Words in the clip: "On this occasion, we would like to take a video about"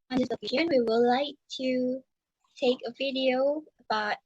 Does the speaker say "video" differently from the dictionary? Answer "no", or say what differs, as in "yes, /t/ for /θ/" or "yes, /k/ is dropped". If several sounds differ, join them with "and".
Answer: no